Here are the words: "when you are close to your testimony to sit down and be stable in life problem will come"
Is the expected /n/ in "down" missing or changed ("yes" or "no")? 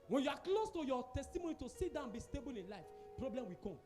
yes